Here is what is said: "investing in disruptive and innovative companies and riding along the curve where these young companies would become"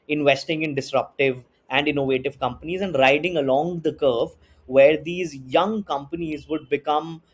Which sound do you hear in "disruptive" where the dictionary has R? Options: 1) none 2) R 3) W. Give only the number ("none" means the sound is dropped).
2